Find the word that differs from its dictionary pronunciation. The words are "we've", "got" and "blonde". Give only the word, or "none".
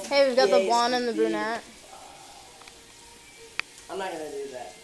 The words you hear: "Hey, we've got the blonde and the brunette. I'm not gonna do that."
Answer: blonde